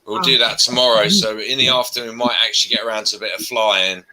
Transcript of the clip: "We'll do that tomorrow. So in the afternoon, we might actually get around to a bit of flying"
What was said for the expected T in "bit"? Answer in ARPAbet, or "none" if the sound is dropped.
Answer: T